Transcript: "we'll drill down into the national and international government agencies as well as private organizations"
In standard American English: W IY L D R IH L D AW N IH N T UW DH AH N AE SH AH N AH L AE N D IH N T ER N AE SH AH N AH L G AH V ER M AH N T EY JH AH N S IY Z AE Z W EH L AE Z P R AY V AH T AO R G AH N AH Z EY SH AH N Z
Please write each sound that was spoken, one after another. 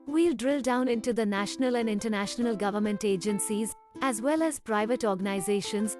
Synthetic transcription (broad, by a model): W IY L D R IH L D AW N IH N T UW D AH N AE SH AH N AH L AE N D IH N T ER N AE SH AH N AH L G AH V ER M AH N T EY JH AH N S IY Z AE Z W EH L AE Z P R AY V AH T AO R G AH N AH Z EY SH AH N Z